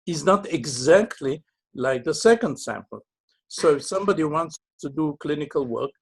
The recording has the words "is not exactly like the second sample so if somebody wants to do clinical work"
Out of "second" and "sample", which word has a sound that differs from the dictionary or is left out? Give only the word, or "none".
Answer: none